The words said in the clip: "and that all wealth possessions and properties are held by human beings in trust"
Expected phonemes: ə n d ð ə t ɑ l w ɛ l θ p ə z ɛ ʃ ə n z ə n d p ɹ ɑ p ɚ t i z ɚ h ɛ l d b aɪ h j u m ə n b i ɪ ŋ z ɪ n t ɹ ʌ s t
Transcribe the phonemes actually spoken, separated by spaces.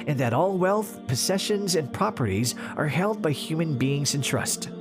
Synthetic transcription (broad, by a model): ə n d ð ə t ɑ l w ɛ l θ p ə z ɛ ʃ ə n z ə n p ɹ ɑ p ɚ t i z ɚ h ɛ l d b aɪ h j u m ə n b i ɪ ŋ z ɪ n t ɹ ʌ s t